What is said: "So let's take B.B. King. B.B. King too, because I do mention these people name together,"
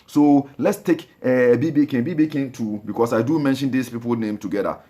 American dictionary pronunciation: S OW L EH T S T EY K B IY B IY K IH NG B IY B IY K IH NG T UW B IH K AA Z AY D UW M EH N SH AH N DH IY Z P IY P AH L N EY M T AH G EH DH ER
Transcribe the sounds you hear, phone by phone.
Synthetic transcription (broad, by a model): S OW L EH T S T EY K B IY B IY K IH B IY B IY K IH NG T UW B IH K AA S AY D UW M EH N SH AH N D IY S P IY P AH L N EY M T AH G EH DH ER